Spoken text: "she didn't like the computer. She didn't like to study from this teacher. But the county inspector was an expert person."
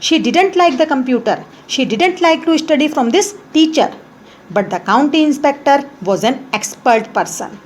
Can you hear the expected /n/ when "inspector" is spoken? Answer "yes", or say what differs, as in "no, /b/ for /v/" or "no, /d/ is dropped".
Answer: yes